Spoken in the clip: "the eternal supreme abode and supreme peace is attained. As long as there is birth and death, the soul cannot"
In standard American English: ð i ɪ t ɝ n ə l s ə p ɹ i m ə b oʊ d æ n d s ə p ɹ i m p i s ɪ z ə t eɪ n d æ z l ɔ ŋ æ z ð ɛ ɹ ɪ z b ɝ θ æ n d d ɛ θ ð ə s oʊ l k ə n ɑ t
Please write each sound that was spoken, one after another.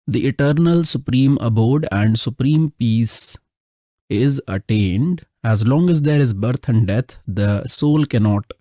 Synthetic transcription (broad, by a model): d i ɪ t ɝ n ə l s ə p ɹ i m ə b oʊ d æ n d s ə p ɹ i m p i s ɪ z ə t eɪ n d æ z l ɔ ŋ æ z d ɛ ɹ ɪ z b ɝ t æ n d d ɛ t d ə s oʊ l k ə n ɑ t